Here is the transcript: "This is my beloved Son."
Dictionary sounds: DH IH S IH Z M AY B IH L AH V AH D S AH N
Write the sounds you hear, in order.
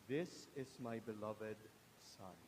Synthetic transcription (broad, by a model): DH IH S IH Z M AY B IH L AH V AH D S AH N